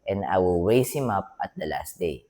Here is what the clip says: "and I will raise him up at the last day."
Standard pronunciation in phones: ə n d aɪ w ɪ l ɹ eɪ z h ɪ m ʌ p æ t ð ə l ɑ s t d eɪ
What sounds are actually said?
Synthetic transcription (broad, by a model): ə n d aɪ w ɪ l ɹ eɪ s h ɪ m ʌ p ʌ t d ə l ɑ s t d eɪ